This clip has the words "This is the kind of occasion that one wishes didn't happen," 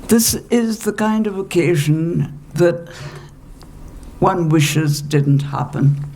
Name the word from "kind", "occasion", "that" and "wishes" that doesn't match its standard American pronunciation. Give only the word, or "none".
none